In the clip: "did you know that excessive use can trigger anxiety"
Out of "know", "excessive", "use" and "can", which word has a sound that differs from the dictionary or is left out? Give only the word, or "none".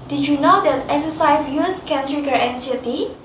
excessive